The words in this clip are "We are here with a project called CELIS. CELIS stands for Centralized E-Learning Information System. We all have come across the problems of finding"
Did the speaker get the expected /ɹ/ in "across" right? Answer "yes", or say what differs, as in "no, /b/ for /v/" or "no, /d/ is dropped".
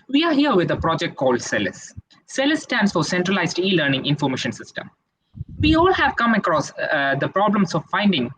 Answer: yes